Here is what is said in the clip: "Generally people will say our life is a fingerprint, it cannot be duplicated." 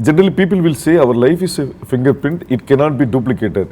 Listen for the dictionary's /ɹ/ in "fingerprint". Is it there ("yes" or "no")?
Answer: no